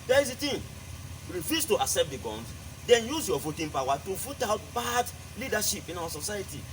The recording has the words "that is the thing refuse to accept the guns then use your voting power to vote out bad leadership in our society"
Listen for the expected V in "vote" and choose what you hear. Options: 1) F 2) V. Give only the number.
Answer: 1